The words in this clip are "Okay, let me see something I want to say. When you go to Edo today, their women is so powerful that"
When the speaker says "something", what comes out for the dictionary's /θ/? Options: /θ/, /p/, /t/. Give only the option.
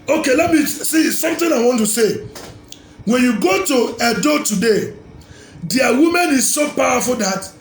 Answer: /t/